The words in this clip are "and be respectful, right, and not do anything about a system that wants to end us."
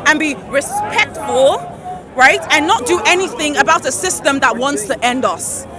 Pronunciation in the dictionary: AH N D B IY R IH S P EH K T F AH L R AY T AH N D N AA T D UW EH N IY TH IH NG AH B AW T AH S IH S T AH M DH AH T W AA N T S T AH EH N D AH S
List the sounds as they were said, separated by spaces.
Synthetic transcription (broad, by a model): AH N B IY R IH S P EH K T F AH L R AY T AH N N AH T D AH EH N IY TH IH NG AH B AW T AH S IH S T AH M DH AH T W AA N T S T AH EH N D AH S